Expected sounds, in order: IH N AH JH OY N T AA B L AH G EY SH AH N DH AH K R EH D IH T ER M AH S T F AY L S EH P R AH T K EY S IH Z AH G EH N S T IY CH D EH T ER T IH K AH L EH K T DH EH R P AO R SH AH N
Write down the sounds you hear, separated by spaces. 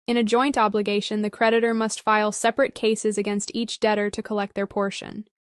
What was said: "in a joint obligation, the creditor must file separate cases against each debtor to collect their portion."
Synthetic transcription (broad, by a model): IH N AH JH OY N T AA B L AH G EY SH AH N DH AH K R EH D IH T ER M AH S T F AY L S EH P R AH T K EY S IH Z AH G EH N S T IY CH D EH T ER T IH K AH L EH K T DH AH R P AO R SH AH N